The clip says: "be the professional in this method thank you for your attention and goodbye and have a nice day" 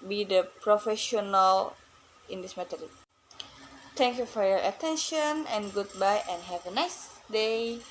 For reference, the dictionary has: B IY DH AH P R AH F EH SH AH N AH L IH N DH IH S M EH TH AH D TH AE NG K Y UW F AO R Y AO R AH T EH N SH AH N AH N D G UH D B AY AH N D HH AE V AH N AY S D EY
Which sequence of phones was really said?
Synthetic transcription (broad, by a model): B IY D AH P R AH F EH SH AH N AH L IH N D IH S M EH T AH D T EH NG K Y UW F AO R Y AO R AH T EH N SH AH N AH N G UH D B AY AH N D HH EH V AH N AY S D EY